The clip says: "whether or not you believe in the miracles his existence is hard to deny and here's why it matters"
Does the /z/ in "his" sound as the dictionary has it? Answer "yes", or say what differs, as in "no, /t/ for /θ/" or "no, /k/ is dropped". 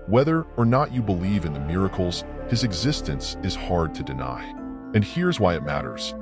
yes